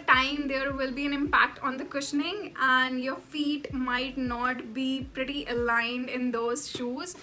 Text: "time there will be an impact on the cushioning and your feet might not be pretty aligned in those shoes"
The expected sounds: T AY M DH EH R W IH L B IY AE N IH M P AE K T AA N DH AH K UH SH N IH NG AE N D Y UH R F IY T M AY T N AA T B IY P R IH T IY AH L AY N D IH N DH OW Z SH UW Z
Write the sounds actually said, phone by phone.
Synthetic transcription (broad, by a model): T AY M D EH R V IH L B IY AE N IH M P AE K T AA N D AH K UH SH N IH NG AE N D Y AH R F IY T M AY T N AA T B IY P R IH T IY AH L AY N D IH N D OW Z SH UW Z